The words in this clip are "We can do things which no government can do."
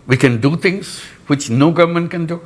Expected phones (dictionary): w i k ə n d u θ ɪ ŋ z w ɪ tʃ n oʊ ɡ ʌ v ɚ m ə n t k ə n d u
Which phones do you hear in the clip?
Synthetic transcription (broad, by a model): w i k ə n d u t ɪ ŋ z w ɪ tʃ n oʊ ɡ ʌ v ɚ m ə n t k ə n d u